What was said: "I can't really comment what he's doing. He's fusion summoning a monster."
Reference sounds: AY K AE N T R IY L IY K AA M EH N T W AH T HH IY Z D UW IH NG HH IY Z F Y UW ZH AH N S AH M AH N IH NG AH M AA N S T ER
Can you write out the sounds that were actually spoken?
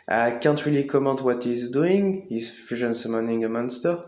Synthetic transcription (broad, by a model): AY K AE N T R IY L IY K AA M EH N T W AH T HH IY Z D UW IH NG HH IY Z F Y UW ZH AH N S AH M AH N IH NG AH M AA N S T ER